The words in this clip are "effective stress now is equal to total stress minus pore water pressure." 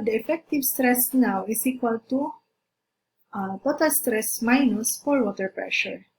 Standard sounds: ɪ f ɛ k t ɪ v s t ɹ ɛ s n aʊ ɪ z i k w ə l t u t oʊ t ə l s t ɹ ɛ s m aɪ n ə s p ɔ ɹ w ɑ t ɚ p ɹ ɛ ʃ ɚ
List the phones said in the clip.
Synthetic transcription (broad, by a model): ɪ f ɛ k t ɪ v s t ɹ ɛ s n aʊ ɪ s i k w ə l t u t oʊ t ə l s t ɹ ɛ s m aɪ n ə s f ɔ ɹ w ɑ t ɚ p ɹ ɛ ʃ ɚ